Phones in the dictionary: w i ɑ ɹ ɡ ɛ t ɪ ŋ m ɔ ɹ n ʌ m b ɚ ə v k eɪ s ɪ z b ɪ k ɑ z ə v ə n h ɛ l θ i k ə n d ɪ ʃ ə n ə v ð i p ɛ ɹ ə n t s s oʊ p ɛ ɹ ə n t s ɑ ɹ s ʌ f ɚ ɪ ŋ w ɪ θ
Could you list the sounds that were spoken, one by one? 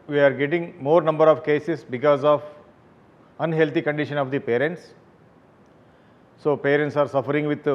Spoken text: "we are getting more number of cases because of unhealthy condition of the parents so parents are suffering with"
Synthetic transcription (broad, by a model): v i ɑ ɹ ɡ ɛ t ɪ ŋ m ɔ ɹ n ʌ m b ɚ ə v k eɪ s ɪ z b ɪ k ɑ z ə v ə n h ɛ l t i k ə n d ɪ ʃ ə n ə v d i p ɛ ɹ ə n t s s oʊ p ɛ ɹ ə n t s ɑ ɹ s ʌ f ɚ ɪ ŋ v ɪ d